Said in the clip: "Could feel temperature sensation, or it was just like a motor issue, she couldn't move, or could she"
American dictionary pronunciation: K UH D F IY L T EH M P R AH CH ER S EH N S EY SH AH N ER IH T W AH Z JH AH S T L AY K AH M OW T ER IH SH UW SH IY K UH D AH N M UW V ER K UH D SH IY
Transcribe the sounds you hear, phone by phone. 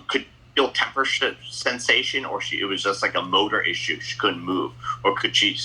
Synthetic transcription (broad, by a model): K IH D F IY L T EH M P R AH SH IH S EH N S EY SH AH N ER IH T W AH Z JH AH S T L AY K AH M OW T ER IH SH UW SH IY K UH D N M UW V ER K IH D SH IY